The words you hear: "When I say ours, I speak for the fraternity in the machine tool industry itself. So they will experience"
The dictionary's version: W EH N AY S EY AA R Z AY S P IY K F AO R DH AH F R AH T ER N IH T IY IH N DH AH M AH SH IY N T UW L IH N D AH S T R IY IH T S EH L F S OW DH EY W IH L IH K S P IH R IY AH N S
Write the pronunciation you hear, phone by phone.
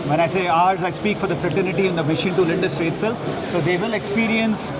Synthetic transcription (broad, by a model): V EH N AY S EY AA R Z AY S P IY K F AO R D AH F R AH T ER N IH T IY IH N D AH M AH SH IY N T UW L IH N D AH S T R IY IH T S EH L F S OW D EY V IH L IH K S P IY R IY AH N S